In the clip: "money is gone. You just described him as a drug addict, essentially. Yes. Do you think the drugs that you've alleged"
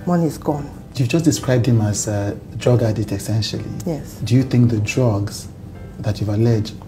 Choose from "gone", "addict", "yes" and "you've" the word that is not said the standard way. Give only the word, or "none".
addict